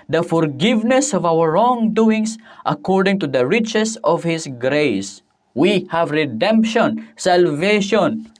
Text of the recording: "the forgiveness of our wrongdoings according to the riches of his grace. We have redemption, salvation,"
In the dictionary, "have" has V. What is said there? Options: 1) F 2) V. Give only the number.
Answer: 2